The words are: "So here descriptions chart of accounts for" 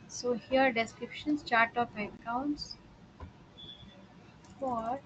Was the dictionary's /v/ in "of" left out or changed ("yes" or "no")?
yes